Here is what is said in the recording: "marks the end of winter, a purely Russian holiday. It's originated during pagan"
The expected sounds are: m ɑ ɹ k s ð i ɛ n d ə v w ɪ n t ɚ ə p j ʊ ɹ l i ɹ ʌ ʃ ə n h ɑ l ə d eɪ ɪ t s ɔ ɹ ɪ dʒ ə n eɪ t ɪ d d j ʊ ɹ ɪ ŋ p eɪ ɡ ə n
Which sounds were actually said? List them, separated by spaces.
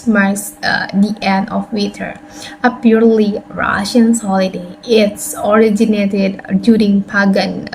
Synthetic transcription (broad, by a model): m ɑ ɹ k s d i ɛ n d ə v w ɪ t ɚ ə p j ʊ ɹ l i ɹ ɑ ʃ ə n h ɑ l ə d eɪ ɪ t s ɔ ɹ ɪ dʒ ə n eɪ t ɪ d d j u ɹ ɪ ŋ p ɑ ɡ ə n